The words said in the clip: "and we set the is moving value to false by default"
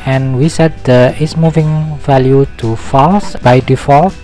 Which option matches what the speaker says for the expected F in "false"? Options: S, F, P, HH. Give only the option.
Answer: F